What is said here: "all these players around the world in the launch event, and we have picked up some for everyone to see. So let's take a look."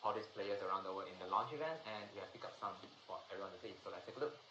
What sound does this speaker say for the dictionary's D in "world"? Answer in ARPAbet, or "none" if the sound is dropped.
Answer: none